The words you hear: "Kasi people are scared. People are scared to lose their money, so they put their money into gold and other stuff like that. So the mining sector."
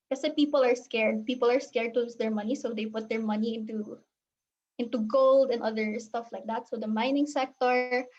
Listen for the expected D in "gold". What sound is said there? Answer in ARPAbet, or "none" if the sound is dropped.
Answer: D